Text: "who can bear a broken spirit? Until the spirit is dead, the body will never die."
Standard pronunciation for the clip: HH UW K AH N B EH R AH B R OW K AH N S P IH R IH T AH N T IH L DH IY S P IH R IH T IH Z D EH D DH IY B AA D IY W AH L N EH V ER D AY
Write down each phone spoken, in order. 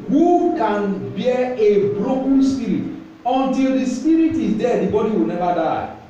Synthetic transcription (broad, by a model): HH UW K AH N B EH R AH B R OW K AH N S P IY R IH T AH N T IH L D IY S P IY R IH T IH D EH D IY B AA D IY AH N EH B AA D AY